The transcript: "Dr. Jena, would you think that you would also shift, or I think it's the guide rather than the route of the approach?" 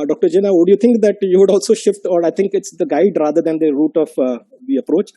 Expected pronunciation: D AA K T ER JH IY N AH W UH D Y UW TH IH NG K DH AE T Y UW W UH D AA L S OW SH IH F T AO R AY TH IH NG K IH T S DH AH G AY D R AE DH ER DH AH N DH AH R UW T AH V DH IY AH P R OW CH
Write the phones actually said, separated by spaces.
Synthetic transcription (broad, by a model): D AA K T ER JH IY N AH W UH D Y UW T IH NG K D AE T Y UW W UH D AA L S OW SH IH F T AO R AY T IH NG K IH T S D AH G AY D R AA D ER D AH N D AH R UW T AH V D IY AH P R OW CH